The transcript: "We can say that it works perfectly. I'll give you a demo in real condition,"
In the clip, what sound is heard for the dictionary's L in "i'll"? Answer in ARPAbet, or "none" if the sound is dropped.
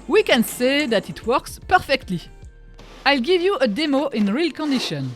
L